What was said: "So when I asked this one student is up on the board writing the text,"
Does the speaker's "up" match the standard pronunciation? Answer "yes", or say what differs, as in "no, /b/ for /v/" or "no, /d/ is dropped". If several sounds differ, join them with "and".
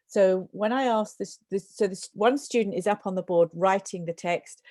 yes